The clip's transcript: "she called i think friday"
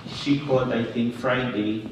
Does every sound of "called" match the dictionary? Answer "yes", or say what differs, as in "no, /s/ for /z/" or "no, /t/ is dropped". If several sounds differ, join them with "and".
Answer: no, /l/ is dropped